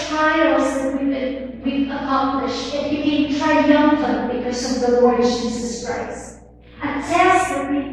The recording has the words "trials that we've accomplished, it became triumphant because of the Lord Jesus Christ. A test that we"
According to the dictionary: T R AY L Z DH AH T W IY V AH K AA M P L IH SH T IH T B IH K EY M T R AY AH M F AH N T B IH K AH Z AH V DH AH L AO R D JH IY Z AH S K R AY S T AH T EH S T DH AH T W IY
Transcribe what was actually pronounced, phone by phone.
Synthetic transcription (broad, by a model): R AY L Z DH AH T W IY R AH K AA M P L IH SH IH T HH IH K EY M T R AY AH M F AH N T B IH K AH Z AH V DH AH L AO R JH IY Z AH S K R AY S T AH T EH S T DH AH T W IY